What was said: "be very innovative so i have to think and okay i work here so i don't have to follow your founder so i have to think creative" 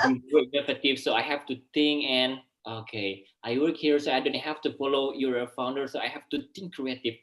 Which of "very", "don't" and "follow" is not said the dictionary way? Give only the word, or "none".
very